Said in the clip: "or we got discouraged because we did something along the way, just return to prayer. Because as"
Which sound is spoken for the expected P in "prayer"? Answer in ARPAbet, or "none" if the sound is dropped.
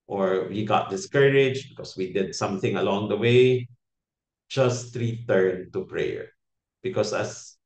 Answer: P